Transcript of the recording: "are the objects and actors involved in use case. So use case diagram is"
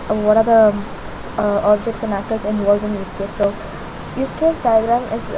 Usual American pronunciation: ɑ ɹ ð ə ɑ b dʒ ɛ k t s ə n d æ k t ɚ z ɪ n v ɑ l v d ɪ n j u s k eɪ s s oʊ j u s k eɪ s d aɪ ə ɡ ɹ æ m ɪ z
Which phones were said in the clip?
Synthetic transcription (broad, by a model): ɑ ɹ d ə ɑ b dʒ ɛ k t s ə n d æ k t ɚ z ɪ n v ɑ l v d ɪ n j u s k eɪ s s oʊ j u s k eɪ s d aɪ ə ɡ ɹ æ m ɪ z